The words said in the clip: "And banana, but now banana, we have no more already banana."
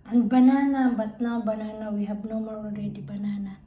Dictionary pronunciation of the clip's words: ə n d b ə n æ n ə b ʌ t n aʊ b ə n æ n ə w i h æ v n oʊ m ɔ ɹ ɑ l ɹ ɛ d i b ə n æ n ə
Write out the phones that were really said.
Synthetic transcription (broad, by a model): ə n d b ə n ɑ n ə b ʌ t n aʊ b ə n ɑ n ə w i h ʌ b n oʊ m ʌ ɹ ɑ n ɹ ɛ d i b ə n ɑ n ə